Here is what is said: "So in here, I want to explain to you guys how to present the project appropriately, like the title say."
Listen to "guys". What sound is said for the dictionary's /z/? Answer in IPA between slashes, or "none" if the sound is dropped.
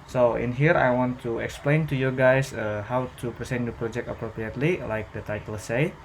/s/